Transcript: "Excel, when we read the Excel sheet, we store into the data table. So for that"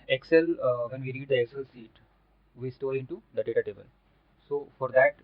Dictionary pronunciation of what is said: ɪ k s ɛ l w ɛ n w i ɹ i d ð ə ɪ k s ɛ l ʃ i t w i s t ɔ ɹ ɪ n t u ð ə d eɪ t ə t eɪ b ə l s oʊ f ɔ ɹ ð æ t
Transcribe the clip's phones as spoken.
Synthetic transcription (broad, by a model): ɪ k s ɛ l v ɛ n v i ɹ i d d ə ɪ k s ɛ l s i t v i s t ɔ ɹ ɪ n t u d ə d eɪ t ə t eɪ b ə l s oʊ f ɔ ɹ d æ t